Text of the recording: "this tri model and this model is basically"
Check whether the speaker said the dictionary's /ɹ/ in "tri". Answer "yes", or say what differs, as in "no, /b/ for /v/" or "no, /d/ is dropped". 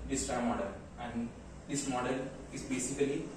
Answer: no, /ɹ/ is dropped